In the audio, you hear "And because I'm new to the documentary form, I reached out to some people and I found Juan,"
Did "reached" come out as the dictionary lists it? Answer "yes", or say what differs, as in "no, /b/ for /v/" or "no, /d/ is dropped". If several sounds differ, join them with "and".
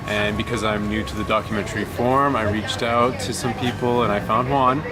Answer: yes